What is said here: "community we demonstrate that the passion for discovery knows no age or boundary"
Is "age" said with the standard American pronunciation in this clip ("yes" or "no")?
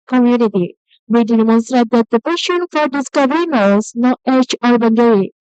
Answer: no